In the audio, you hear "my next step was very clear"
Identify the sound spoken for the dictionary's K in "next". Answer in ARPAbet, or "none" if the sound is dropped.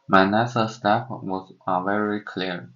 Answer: none